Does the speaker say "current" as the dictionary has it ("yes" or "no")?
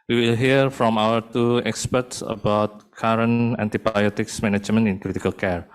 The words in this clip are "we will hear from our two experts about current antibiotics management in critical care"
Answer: no